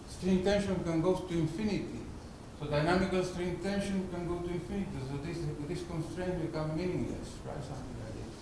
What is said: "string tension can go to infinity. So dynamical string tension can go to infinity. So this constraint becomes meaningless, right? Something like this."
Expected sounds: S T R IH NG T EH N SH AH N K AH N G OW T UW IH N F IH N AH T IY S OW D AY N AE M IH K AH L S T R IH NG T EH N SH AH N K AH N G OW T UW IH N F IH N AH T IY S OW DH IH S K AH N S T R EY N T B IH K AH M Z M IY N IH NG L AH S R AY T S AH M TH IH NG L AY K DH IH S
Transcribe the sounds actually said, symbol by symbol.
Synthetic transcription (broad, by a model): S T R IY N T EH N SH AH N K AH N G OW T UW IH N F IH N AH T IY S OW D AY N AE M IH K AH L S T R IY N T EH N SH AH N K AH N G OW T UW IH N F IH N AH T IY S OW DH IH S K AH N S T R EY N T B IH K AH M M IY N IH NG L AH S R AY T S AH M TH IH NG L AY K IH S